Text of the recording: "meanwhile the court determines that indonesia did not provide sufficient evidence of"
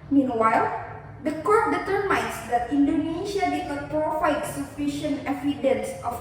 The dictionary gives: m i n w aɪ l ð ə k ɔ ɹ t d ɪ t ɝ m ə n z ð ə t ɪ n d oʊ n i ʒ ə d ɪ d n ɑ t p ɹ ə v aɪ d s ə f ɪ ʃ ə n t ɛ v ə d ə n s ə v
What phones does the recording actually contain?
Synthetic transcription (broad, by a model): m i n w aɪ l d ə k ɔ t d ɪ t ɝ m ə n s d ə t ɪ n d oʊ n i ʃ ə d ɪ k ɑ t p ɹ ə f aɪ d s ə f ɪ ʃ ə n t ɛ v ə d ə n s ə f